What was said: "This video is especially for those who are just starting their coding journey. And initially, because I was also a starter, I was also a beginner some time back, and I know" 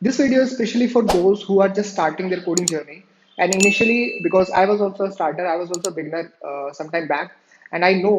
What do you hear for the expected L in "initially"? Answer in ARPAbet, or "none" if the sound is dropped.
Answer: L